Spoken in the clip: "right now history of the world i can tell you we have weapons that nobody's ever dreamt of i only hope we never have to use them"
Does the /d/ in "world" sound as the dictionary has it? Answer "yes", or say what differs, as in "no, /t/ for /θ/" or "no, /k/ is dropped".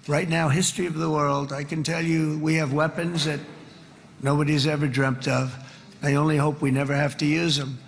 yes